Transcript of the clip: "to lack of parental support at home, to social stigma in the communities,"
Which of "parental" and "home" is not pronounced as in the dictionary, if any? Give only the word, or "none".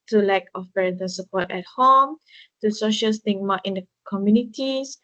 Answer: parental